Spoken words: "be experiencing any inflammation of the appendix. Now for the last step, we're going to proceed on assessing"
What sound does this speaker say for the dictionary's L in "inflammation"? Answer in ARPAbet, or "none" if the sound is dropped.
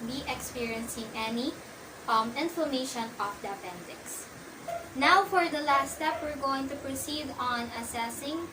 none